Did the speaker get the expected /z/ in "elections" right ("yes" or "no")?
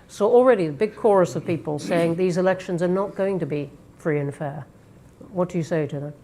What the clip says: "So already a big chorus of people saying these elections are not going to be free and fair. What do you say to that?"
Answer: yes